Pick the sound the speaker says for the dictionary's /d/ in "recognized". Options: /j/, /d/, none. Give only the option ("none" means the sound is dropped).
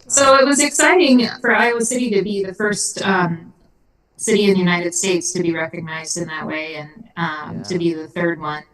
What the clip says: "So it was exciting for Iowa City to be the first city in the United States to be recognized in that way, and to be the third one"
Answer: /d/